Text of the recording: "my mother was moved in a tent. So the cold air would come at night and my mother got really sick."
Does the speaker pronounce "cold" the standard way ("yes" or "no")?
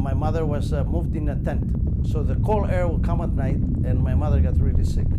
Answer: no